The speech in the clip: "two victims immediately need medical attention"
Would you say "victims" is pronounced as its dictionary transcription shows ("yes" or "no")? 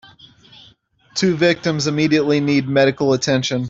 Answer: yes